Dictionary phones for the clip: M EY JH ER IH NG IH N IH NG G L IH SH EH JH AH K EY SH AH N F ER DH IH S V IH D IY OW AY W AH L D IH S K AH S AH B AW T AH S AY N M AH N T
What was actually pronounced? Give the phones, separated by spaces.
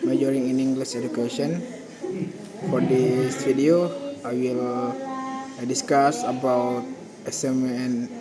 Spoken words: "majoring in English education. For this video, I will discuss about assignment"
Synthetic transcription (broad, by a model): M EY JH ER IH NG IH N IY NG G L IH S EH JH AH K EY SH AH N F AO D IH S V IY D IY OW AY W AH L D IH S K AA S AH B AW T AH S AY M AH N